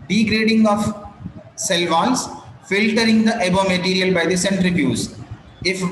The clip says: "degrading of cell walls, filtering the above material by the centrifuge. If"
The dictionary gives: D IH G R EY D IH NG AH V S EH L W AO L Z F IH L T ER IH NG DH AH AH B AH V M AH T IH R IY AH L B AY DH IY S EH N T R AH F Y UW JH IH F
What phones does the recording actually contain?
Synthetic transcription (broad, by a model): D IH G R EY D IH NG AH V S EH L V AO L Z F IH L T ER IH NG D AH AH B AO M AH T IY R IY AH L B AY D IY S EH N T R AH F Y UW Z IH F